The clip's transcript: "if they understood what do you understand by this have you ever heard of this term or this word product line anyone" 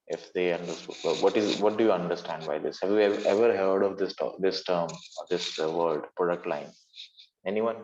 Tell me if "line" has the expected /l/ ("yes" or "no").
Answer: yes